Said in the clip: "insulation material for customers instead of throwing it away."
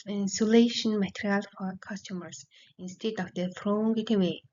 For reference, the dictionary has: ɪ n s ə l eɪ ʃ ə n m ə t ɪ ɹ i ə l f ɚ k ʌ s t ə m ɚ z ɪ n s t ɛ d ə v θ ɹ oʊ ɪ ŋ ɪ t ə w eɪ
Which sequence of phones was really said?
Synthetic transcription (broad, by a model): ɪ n s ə l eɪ ʃ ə n m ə t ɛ ɹ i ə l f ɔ k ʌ s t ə m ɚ s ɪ n s t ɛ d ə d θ ɹ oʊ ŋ ɪ t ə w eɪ